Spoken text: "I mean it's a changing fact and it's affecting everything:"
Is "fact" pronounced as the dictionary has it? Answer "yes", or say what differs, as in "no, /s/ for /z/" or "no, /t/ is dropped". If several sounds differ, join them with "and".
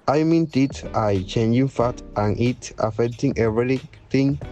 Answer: no, /k/ is dropped